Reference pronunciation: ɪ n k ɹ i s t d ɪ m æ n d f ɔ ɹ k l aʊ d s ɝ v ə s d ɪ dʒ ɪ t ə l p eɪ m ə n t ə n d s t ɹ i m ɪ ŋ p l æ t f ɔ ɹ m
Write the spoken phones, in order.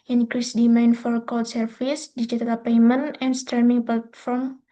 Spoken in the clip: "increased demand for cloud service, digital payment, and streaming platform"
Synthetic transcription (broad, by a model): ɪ n k ɹ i s d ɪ m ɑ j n f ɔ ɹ k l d s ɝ f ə s d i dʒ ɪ t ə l p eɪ m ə n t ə n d s t ɹ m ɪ ŋ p l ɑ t f ɔ ɹ m